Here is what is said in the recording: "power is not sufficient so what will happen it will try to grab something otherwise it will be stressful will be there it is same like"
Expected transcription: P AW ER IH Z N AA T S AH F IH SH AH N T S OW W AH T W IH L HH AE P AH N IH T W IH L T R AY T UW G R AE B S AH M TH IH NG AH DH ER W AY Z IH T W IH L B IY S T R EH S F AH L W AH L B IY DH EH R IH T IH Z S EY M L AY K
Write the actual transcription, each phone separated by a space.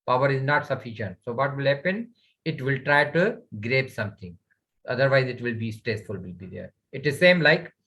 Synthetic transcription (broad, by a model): P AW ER IH Z N AA T S AH F IH SH AH N T S OW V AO T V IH L HH AE P AH N IH T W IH L T R AY T UW G R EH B S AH M T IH NG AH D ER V AY Z IH T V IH L B IY S T R EH S F AH L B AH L B IY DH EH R IH T IH Z S EY M L AY K